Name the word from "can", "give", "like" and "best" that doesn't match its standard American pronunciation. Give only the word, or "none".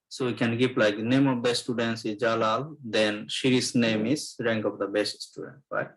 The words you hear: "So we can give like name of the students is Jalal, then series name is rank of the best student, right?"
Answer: give